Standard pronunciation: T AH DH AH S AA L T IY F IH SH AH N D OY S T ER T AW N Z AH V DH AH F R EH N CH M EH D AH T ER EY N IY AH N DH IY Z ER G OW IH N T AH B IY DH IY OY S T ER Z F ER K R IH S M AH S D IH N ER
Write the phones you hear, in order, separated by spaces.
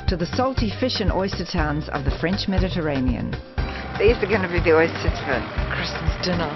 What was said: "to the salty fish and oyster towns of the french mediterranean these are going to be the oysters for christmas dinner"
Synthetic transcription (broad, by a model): T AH DH AH S AA L T IY F IH SH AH N OY S T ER T AW N Z AH V DH AH F R EH N CH M EH D AH T ER EY N IY AH N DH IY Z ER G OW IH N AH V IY DH IY OY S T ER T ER K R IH S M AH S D IH N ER